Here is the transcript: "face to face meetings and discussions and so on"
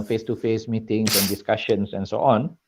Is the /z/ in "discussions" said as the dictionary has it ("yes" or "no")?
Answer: no